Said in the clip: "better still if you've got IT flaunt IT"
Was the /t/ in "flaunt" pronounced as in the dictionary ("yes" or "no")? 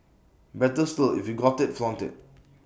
yes